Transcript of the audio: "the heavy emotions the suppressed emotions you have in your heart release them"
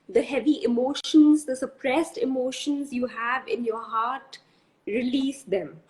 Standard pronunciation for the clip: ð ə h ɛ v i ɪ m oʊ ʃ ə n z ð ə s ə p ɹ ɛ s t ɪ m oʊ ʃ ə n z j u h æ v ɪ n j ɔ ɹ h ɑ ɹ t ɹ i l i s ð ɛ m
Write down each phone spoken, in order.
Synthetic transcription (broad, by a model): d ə h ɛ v i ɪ m oʊ ʃ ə n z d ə s ə p ɹ ɛ s t ɪ m oʊ ʃ ə n z j u h æ v ɪ n j ɔ ɹ h ɑ ɹ t ɹ i l i s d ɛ m